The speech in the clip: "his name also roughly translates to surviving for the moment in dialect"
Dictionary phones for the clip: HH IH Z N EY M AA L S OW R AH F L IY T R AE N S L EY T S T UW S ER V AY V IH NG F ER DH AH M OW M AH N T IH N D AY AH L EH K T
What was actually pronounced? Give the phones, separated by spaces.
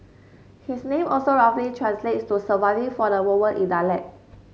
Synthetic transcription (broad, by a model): HH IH S N EY M AA L S OW R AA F L IY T R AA N S L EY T T UW S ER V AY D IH F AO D AH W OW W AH T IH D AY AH L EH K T